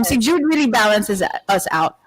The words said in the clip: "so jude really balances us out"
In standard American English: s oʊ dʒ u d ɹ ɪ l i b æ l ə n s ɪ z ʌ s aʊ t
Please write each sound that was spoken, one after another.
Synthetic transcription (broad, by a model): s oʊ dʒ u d ɹ ɪ l i b æ l ə n s ɪ z ʌ s aʊ t